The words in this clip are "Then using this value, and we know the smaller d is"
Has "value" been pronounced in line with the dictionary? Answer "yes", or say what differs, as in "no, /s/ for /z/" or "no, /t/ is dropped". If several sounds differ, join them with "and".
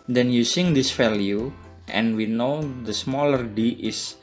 no, /f/ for /v/